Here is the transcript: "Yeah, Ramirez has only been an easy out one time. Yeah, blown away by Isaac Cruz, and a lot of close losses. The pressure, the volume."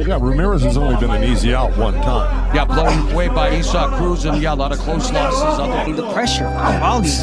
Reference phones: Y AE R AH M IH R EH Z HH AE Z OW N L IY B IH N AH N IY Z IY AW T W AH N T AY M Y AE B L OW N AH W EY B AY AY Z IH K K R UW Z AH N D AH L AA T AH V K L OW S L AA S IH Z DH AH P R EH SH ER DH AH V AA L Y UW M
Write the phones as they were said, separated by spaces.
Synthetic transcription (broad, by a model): Y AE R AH M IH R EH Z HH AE Z OW N L IY B IH N AH N IY Z IY AW T W AH N T AY M Y AE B L OW AH W EY B AY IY S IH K K R UW Z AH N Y AH L AA T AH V K L OW S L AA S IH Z DH AH P R EH SH ER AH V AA L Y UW